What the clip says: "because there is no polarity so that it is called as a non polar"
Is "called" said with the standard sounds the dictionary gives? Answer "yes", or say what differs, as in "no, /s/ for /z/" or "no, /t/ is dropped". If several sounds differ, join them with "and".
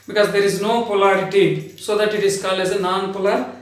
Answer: no, /d/ is dropped